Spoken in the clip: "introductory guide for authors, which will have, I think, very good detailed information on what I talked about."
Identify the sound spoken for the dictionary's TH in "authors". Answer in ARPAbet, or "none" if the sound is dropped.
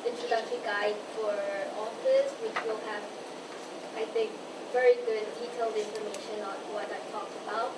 F